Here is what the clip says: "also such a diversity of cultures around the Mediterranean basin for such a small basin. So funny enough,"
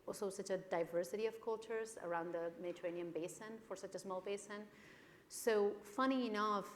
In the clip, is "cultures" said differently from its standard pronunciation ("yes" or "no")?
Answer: no